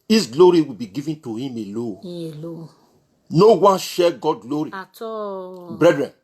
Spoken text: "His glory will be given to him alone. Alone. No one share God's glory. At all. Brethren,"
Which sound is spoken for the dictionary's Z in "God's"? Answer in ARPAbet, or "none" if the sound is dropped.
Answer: none